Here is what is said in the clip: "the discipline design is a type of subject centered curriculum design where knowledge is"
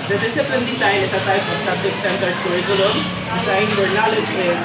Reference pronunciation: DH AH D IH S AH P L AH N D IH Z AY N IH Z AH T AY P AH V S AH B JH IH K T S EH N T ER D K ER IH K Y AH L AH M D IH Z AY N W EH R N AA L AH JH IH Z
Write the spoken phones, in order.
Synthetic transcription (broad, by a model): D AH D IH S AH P AH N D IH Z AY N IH S AH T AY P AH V S AH B JH IH K T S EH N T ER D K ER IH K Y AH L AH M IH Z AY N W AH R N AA L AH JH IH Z